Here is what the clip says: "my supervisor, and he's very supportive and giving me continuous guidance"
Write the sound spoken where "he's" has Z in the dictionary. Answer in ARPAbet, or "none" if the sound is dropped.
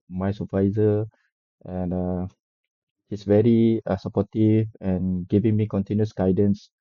S